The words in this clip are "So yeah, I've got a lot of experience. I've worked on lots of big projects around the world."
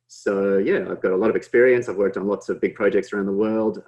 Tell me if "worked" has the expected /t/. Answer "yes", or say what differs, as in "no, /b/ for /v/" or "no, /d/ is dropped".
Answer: yes